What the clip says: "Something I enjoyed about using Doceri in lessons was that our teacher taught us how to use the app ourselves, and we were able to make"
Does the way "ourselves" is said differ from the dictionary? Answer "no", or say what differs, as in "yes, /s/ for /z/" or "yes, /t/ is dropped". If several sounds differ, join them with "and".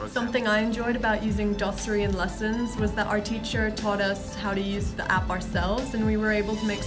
no